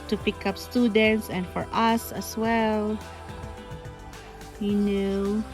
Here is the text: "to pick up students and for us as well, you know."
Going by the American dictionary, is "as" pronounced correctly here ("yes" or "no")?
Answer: no